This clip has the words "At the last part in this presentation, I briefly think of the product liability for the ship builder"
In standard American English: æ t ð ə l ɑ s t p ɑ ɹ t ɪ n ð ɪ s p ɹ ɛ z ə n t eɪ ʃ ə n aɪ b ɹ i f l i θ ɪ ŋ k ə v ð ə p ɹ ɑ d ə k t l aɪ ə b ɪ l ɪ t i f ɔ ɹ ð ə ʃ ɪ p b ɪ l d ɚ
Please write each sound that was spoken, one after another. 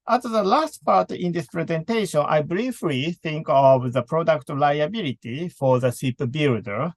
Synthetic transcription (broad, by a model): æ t ð ə l ɑ s t p ɑ ɹ t ɪ n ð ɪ s p ɹ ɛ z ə n t eɪ ʃ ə n aɪ b ɹ i f l i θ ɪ ŋ k ə v ð ə p ɹ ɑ d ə k t l aɪ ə b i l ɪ t i f ɔ ɹ ð ə s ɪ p b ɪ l d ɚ